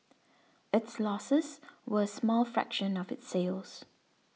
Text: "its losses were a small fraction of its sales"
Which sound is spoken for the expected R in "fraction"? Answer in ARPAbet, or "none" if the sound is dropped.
R